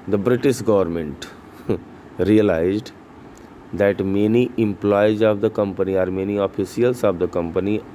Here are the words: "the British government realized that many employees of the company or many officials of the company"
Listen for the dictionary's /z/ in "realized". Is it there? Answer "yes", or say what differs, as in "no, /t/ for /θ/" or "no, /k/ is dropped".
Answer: yes